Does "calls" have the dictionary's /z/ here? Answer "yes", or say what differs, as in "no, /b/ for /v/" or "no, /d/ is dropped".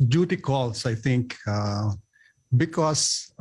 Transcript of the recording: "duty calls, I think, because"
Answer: no, /s/ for /z/